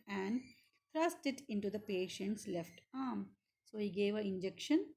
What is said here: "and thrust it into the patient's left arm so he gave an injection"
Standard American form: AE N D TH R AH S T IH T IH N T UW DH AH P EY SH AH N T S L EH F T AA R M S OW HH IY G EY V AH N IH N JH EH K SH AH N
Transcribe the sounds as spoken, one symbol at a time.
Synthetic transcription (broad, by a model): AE N D T R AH S T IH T IH N T UW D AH P EY SH AH N T S L EH F T AA R M S OW HH IY G EY V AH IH N JH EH K SH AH N